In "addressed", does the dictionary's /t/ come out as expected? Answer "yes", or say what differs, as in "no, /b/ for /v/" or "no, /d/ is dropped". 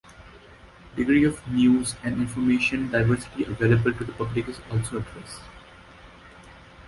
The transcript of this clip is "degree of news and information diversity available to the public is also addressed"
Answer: no, /t/ is dropped